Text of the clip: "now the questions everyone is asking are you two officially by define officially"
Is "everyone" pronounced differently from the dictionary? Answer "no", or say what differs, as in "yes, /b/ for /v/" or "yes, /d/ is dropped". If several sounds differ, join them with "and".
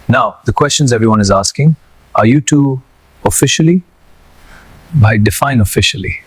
no